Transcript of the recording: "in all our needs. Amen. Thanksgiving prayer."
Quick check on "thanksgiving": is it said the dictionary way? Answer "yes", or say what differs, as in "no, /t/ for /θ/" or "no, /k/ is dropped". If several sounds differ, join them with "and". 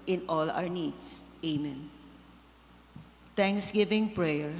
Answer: no, /t/ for /θ/